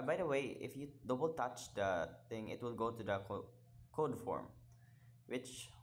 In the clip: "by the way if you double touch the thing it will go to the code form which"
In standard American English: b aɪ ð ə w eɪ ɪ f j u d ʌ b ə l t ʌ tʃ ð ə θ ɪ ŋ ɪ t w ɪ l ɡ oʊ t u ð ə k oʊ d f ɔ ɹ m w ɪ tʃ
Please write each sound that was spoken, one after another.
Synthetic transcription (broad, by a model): b aɪ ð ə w eɪ ɪ f j u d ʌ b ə l t ʌ tʃ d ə t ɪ ŋ ɪ t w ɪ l ɡ oʊ t u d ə k oʊ d f ɔ ɹ m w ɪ tʃ